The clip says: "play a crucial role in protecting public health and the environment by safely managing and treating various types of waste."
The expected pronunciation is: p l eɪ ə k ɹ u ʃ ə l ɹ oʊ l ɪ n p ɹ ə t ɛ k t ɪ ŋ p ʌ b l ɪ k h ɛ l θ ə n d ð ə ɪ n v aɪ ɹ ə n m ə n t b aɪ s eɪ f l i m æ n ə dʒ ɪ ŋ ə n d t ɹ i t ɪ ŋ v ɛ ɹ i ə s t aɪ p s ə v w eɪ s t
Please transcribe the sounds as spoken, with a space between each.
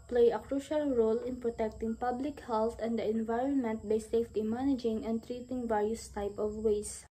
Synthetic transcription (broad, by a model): p l eɪ ə k ɹ u ʃ ə l ɹ oʊ l ɪ n p ɹ ə t ɛ k t ɪ ŋ p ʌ b l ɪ k h ɛ l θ ə n d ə ɪ n v aɪ ɹ ə n m ə n t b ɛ s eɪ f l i m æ n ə dʒ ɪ ŋ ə n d t ɹ i t ɪ ŋ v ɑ ɹ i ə s t aɪ p ə v w eɪ s